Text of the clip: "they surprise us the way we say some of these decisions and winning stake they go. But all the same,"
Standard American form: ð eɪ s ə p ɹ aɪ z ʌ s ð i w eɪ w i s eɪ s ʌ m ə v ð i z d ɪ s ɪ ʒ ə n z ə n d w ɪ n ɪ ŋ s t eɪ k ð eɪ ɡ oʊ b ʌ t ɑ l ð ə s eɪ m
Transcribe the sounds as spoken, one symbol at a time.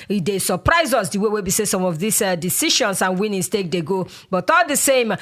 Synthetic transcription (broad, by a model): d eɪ s ə p ɹ aɪ z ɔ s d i w eɪ w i s eɪ s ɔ m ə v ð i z d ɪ s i ʃ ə n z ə n w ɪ n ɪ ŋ s t eɪ k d eɪ ɡ oʊ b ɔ t ɑ l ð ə s eɪ m